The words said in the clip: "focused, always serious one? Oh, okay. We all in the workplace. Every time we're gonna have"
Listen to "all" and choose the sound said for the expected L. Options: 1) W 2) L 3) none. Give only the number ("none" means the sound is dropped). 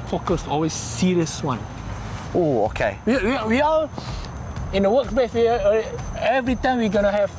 1